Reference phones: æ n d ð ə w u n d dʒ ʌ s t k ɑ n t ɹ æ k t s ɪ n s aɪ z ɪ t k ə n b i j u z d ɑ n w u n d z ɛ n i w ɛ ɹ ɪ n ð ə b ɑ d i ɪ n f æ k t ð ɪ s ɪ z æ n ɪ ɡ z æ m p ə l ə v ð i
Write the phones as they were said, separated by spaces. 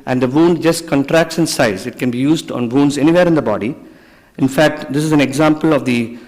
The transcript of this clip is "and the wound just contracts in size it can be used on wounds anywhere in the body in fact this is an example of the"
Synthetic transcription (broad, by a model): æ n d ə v u n d dʒ ʌ s t k ɑ n t ɹ æ k t s ɪ n s aɪ z ɪ t k ə n b i j u z d ɑ n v u n d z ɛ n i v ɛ ɹ ɪ n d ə b ɑ d i ɪ n f æ k t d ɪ s ɪ z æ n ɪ ɡ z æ m p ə l ə v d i